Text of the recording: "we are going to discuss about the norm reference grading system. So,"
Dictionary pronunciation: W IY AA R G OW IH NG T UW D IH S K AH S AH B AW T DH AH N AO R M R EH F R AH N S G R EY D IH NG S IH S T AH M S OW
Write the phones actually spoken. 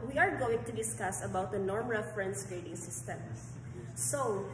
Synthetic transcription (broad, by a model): W IY AA R G OW IH NG T UW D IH S K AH S AH B AW T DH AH N AO R M R EH F R AH N S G R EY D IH NG S IH S T AH M S OW